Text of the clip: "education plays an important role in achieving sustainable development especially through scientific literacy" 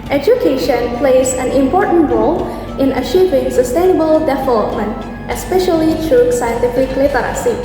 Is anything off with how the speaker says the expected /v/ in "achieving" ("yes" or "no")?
no